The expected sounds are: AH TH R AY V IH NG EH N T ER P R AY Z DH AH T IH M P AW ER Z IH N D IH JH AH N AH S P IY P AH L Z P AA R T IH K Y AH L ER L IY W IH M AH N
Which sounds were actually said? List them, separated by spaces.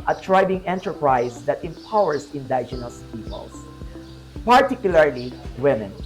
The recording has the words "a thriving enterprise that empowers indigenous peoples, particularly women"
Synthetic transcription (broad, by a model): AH T R AY B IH NG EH N T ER P R AY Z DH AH T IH M P AW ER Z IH N D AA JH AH N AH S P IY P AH L S P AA R T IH K Y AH L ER L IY W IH M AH N